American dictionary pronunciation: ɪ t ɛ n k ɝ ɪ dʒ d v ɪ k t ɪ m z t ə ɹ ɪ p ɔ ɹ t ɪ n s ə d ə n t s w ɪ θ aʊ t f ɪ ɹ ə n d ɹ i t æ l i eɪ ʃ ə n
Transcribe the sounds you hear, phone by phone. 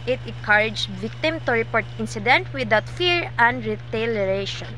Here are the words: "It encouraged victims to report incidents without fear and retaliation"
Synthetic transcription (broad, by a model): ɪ t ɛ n k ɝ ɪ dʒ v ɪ k t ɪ m t ə ɹ ɪ p ɔ ɹ t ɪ n s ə d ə n t w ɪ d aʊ t f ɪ ɹ ə n d ɹ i t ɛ l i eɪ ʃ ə n